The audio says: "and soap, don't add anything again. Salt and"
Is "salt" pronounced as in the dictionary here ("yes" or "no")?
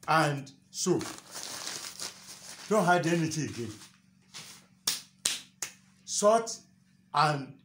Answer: no